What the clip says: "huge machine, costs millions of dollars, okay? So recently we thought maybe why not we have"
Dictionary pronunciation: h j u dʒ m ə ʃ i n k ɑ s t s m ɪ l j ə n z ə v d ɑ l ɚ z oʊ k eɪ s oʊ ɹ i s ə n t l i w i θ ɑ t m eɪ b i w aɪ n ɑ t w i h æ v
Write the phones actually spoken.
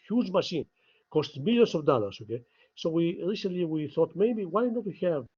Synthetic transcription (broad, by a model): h j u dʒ m ə ʃ i n k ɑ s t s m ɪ l j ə n s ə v d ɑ l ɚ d oʊ k eɪ s oʊ ɹ i s ə n t l i w i θ ɑ t m eɪ b i w aɪ n ɑ t w i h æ v